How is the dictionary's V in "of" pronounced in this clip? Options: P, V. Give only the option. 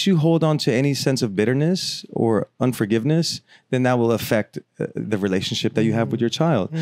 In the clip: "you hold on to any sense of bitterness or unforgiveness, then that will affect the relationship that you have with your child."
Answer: V